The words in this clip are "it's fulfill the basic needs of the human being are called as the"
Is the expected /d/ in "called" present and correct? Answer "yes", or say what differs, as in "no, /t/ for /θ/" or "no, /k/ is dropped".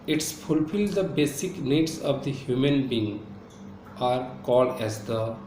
yes